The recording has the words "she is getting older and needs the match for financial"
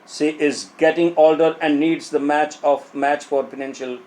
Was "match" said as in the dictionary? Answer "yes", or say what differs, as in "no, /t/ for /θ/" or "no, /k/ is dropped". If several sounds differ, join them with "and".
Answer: yes